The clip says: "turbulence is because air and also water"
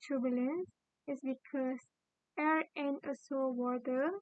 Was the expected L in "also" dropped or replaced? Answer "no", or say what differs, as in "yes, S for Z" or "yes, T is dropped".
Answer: yes, L is dropped